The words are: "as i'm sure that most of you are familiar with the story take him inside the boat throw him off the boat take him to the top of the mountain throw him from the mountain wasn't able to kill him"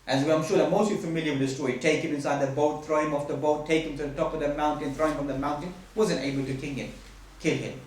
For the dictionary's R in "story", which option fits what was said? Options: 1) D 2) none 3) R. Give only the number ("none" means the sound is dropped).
2